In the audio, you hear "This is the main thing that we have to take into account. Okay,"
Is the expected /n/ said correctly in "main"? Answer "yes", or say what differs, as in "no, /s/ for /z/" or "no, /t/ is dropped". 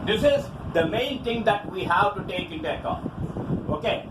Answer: yes